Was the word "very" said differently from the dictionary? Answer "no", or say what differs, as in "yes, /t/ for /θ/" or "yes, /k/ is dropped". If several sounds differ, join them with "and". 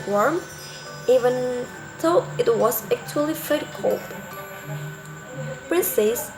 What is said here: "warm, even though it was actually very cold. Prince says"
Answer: yes, /f/ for /v/